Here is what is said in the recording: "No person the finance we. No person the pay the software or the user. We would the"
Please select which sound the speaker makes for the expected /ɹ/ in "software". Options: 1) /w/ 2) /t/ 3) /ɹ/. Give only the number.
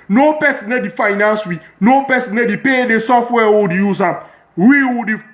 1